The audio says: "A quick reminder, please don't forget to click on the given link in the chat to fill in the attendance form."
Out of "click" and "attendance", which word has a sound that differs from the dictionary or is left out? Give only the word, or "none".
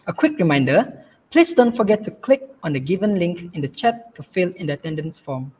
none